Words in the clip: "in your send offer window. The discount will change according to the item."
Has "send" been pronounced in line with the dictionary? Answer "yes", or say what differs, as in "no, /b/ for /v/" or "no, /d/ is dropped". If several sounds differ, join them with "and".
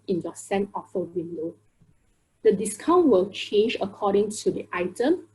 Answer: no, /d/ is dropped